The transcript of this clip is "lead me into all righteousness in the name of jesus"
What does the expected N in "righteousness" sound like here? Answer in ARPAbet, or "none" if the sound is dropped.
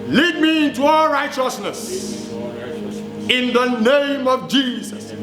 N